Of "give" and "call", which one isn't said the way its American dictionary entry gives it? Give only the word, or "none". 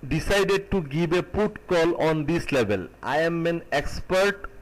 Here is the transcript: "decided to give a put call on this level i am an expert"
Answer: give